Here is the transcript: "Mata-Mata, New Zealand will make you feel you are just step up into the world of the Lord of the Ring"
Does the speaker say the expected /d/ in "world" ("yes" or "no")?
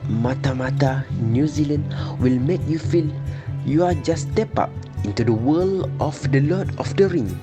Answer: no